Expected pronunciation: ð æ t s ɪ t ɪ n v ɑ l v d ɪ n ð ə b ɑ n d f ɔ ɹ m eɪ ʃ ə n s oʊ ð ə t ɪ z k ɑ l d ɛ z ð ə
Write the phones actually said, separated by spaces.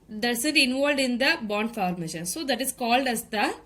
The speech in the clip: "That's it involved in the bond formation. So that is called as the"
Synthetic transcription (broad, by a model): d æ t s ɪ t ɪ n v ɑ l d ɪ n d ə b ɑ n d f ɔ ɹ m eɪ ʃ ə n s oʊ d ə t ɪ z k ɑ l d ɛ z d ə